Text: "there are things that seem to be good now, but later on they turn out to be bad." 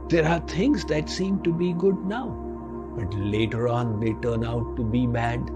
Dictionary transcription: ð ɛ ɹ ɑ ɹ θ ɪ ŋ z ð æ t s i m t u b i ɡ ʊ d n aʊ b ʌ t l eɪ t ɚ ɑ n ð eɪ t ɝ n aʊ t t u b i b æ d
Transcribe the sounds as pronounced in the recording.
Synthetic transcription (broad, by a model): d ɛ ɹ ɑ ɹ t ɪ ŋ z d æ t s i m t u b i ɡ ʊ d n aʊ b ʌ t l eɪ t ɚ ɑ n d eɪ t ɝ n aʊ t t u b i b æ d